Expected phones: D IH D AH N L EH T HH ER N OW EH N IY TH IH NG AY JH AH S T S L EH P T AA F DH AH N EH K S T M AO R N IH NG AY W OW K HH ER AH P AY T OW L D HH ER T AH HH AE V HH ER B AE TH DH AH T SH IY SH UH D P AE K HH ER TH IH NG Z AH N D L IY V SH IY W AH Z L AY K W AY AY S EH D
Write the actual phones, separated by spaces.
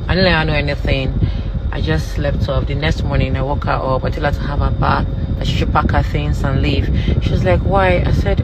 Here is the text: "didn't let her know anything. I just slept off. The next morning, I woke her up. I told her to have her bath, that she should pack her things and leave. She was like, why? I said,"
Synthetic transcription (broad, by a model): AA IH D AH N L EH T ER N OW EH N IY TH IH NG AY JH AH S T L EH F T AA P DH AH N EH K S T M AO R N IH NG AY W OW K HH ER AH P AY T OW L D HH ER T AH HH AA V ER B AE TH DH AH T SH IY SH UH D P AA K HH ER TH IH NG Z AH N L IY V SH IY W AH Z L AY K W AY AY S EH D